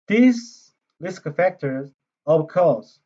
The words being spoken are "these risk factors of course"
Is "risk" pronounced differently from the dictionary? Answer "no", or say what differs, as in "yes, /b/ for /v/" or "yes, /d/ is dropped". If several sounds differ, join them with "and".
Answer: yes, /l/ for /ɹ/